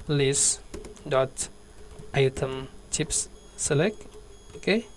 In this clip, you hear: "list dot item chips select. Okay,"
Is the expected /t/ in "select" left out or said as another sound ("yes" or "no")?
yes